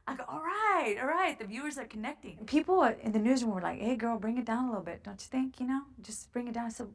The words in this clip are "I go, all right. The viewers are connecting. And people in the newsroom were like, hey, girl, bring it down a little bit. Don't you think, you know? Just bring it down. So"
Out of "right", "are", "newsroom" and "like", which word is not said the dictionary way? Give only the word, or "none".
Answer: newsroom